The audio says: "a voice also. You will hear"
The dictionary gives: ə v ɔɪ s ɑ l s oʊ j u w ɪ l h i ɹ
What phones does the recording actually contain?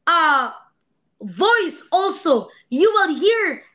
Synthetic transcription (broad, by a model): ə v ɔɪ s ɑ l s oʊ j u w ɪ l h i ɹ